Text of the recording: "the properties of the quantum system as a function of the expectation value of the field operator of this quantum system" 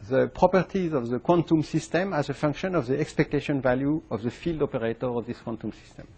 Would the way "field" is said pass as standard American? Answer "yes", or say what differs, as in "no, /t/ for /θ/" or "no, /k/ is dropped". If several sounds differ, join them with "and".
yes